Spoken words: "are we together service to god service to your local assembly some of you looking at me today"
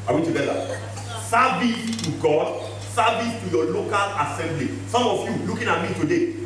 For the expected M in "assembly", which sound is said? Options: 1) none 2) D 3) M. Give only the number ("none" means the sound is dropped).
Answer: 3